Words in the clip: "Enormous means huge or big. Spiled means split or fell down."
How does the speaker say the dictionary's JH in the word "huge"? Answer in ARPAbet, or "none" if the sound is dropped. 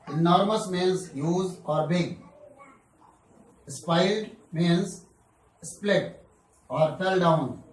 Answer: Z